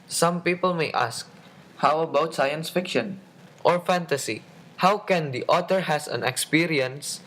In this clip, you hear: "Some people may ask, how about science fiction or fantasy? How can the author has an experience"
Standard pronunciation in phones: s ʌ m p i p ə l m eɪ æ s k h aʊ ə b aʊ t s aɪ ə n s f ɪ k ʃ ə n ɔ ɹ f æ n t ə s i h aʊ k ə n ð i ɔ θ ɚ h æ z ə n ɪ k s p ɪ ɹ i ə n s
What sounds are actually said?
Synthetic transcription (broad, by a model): s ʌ m p i p ə l m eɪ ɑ s k h aʊ ə b aʊ t s aɪ ə n s f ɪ k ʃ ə n ɔ ɹ f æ n t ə s i h aʊ k ə n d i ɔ t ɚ h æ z ə n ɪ k s p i ɹ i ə n s